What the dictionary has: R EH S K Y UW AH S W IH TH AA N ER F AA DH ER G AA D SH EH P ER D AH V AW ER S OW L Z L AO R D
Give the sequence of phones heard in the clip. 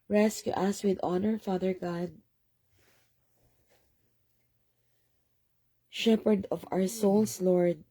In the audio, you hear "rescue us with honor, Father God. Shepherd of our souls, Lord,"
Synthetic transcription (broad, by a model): R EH S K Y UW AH S W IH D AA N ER F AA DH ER G AA D SH EH P ER D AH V AW ER S OW L S L AO R D